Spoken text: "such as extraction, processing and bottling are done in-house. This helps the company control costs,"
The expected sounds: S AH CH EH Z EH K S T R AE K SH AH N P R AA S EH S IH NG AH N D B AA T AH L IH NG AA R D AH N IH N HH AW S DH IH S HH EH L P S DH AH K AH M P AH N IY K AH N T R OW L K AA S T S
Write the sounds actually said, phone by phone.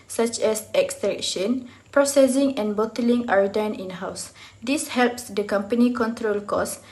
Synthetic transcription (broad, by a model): S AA CH EH S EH K S T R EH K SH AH N P R AA S EH S IH NG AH N B AA T AH L IH NG AA R D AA N IH N HH AW S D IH S HH EH L P S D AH K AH M P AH N IY K AH N T R OW L K AA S S